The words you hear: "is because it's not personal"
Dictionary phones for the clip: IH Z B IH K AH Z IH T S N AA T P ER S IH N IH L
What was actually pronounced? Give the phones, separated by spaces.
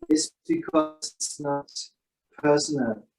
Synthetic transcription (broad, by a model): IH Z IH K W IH S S N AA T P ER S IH N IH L